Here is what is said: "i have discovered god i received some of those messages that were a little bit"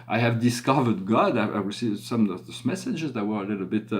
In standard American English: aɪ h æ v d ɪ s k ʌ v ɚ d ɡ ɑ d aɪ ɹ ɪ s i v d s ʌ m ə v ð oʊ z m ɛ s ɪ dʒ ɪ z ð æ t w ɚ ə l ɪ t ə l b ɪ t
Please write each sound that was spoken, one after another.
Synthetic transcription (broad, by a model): aɪ h æ v d ɪ s k ʌ v ɚ d ɡ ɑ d aɪ w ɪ s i s ʌ m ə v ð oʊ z m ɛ s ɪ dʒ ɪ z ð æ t w ɚ ə l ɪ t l b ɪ t